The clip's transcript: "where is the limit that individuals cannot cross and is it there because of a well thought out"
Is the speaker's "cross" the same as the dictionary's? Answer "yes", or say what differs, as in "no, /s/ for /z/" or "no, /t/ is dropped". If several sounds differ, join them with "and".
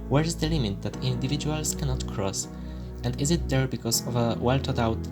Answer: yes